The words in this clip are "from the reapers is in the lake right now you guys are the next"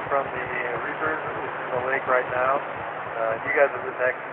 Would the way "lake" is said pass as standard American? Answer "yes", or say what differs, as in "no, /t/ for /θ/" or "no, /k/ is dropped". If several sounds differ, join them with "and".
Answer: yes